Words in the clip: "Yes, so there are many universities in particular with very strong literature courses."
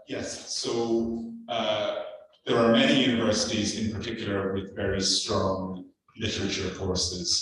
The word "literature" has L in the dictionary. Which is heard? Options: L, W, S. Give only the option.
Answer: L